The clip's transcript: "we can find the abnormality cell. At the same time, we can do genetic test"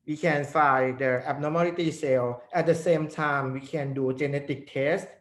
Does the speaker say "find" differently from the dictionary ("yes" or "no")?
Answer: yes